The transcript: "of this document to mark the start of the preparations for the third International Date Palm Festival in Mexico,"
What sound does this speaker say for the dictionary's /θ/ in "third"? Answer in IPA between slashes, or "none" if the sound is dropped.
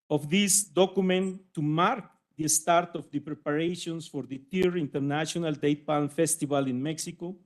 /t/